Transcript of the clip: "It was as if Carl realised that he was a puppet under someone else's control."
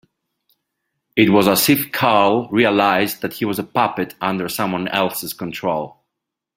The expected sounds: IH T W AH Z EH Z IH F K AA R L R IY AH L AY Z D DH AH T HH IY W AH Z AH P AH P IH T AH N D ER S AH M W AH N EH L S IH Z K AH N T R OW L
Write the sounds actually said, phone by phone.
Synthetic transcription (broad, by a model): IH T W AH Z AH S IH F K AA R L R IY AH L AY Z DH AH T HH IY W AH Z AH P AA P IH T AH N D ER S AH M W AH N EH L S IH Z K AH N T R OW L